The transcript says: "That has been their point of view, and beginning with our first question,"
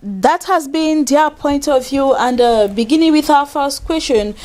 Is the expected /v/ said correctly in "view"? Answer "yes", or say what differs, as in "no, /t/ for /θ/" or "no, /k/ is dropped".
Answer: yes